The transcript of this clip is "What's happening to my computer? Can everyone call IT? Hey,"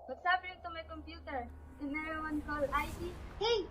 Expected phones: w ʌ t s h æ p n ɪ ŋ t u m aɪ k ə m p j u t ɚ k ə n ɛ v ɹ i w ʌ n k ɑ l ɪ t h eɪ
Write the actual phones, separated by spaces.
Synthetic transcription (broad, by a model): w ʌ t s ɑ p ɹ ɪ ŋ t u m aɪ k ə m p j u t ɚ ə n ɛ ɹ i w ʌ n k ɑ l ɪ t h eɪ